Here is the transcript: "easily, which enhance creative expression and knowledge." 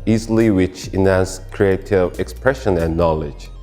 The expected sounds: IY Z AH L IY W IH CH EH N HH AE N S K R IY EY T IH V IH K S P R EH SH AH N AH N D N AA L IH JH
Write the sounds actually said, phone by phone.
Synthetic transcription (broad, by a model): IY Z L IY W IH CH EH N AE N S K R IY EY T IH V IH K S P R EH SH AH N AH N N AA L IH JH